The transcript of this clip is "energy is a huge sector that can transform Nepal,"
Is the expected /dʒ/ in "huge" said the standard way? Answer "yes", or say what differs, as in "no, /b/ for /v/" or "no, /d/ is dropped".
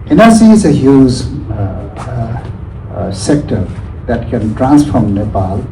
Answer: no, /z/ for /dʒ/